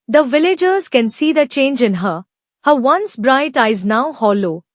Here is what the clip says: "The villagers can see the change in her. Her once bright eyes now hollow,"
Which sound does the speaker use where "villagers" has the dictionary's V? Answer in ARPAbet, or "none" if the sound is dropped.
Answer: V